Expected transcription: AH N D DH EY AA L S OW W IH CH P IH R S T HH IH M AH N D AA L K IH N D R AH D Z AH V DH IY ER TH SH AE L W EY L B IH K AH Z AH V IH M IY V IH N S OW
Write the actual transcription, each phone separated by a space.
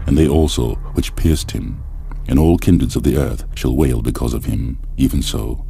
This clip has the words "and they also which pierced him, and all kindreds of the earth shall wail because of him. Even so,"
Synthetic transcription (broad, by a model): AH N DH EY AA L S OW W IH CH P IH R S T HH IH M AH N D AA L K IH N D R AH D Z AH V DH IY ER TH SH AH L W EY L B IH K AH Z AH V IH M IY V IH N S OW